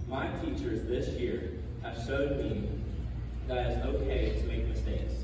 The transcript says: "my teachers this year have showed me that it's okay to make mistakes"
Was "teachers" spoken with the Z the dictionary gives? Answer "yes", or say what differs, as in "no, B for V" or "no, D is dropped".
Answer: yes